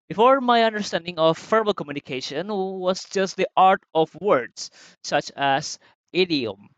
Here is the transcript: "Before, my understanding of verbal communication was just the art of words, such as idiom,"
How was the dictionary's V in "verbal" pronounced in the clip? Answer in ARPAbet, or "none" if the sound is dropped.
F